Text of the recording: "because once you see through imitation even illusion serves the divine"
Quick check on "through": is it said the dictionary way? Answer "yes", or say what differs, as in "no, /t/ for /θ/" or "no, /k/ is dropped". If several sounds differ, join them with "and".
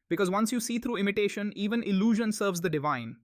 no, /t/ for /θ/